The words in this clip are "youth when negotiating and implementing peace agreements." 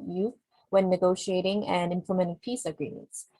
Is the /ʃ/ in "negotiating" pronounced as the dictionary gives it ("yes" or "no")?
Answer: yes